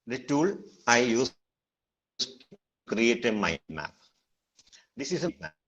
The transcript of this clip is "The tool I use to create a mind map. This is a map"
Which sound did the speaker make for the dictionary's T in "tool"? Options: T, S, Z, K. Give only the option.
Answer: T